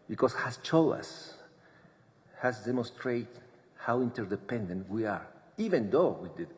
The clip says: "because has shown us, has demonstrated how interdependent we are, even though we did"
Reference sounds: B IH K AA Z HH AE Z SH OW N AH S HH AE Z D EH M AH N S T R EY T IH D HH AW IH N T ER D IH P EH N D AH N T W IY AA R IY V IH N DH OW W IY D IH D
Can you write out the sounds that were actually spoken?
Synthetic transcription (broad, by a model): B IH K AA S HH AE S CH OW AH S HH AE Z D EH M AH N S T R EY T HH AW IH N T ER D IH P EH N D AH N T W IY AA R IY V IH N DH OW W IY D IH